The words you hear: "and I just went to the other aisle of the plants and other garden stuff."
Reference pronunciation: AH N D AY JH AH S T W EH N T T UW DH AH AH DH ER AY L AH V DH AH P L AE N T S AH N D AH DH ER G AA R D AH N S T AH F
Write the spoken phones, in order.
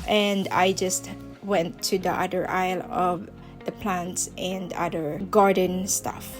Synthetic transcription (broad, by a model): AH N D AY JH AH S T W EH N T T UW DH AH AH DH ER AY L AH V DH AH P L AE N T S AH N D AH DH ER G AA R D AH N S T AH F